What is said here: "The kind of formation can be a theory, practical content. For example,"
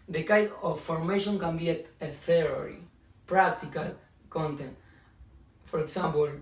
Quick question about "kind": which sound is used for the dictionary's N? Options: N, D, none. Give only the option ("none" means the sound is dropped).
none